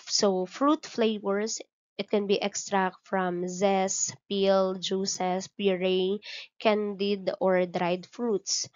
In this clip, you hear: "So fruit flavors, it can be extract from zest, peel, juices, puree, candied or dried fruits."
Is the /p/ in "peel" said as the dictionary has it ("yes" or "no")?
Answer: yes